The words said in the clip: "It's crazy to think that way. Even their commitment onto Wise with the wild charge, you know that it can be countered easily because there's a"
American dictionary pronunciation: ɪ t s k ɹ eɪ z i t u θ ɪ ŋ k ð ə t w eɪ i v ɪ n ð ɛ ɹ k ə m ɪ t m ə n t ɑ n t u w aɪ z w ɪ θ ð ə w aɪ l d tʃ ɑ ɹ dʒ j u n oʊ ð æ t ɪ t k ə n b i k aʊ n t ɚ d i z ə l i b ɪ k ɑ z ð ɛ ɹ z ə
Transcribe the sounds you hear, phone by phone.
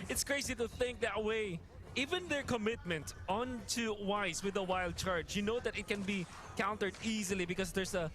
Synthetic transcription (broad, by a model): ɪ t s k ɹ eɪ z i t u θ ɪ ŋ k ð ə t w eɪ i v ɪ n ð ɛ ɹ k ə m ɪ t m ə n t ɑ n t u w aɪ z w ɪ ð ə w aɪ l d tʃ ɑ ɹ dʒ j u n oʊ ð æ t ɪ t k ə n b i k aʊ n t ɚ d i z ə l i b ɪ k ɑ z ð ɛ ɹ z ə